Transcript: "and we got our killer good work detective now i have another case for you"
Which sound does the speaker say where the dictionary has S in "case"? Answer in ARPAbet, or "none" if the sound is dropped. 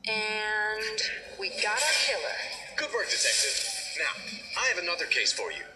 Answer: S